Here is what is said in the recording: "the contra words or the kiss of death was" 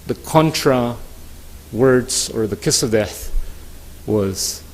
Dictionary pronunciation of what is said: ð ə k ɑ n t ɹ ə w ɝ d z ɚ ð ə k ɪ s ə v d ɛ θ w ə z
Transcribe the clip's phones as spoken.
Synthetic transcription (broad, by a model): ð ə k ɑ n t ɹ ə w ɝ d z ɚ ð ə k ɪ s ə v d ɛ θ w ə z